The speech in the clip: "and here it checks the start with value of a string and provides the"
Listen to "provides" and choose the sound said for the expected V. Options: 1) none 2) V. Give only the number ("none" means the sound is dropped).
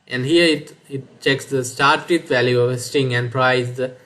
1